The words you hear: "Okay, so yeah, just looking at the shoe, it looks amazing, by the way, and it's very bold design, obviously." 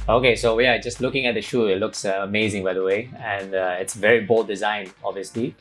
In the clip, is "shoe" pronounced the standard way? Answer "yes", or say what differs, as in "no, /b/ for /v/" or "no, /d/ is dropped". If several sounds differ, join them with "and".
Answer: yes